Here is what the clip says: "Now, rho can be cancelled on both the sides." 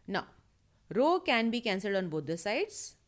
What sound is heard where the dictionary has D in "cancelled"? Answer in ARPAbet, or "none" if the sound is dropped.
D